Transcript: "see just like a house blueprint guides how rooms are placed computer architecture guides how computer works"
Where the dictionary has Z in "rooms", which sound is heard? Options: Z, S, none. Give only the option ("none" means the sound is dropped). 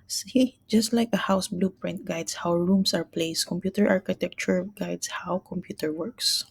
S